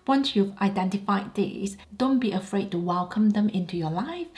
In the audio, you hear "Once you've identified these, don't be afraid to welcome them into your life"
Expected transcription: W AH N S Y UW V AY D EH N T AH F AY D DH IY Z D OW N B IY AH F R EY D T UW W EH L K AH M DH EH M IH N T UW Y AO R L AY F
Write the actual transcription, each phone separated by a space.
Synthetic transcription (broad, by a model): W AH N S Y UW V AY D EH N T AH F AY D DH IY S D OW N B IY AH F R EY D T UW W EH L K AH M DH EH M IH N T UW Y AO L AY F